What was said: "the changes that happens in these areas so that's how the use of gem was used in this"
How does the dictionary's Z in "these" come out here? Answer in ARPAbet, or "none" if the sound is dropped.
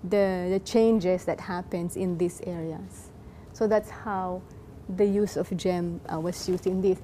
S